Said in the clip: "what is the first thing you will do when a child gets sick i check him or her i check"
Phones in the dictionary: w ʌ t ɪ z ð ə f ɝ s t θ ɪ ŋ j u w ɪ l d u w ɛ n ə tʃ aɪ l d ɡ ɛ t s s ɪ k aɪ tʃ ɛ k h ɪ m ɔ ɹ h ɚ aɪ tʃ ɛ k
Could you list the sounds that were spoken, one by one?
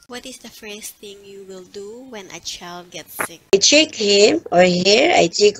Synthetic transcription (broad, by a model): w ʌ t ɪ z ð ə f ɝ s t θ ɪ ŋ j u w ɪ l d u w ɛ n ə tʃ aɪ l d ɡ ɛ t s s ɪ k aɪ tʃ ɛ k h ɪ m ɔ ɹ h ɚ aɪ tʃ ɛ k